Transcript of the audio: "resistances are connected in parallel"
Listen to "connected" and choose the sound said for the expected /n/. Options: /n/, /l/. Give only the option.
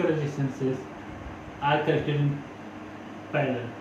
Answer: /l/